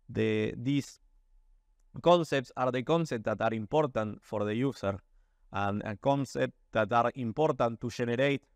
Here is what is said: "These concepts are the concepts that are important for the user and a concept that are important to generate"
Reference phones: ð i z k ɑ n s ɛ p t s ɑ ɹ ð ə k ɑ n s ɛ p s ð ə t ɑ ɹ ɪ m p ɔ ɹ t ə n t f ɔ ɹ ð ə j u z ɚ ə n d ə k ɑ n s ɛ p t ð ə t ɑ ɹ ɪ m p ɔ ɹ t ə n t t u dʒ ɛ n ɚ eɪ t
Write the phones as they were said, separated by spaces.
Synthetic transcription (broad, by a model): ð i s k ɑ n s ɛ p t s ɑ ɹ ð ə k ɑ n s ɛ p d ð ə t ɑ ɹ ɪ m p ɔ ɹ t ə n t f ɔ ɹ ð ə j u s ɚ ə n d ə k ɑ n s ɛ p t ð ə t ɑ ɹ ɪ m p ɔ ɹ t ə n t t u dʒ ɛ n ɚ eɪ t